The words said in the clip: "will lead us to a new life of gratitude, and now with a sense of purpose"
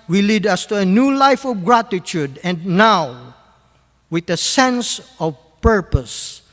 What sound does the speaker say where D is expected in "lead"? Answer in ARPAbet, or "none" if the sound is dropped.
D